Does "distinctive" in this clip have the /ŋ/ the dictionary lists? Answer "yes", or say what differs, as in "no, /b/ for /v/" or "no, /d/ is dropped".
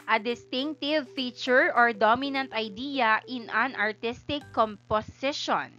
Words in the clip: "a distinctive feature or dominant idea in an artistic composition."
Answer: yes